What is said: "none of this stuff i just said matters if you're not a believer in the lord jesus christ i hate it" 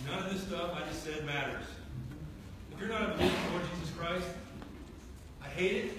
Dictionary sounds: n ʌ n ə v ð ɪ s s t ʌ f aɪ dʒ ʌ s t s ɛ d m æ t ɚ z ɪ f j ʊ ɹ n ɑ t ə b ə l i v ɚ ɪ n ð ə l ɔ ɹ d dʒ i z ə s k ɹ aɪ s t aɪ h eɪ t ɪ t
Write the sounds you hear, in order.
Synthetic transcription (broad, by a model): n ʌ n ə v ð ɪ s s t ʌ f aɪ dʒ ʌ s t s ɛ d m æ t ɚ z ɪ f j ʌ ɹ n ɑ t ə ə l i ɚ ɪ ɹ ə l ɔ ɹ d dʒ i z ə s k ɹ aɪ s t aɪ h eɪ t ɪ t